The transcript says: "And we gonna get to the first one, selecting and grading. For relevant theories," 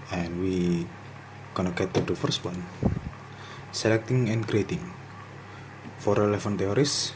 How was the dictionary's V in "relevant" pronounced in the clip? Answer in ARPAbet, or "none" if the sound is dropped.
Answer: F